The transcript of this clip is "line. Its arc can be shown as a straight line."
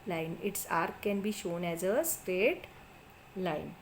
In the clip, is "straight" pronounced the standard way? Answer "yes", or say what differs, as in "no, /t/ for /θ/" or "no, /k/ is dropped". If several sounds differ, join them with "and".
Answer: yes